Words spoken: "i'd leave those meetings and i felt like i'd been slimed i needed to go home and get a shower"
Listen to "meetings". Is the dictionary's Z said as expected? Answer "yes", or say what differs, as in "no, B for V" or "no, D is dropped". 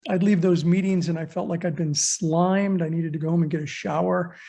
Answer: yes